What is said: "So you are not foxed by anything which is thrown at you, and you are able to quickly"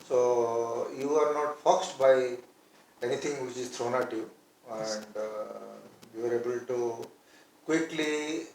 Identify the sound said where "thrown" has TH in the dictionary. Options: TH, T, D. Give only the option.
T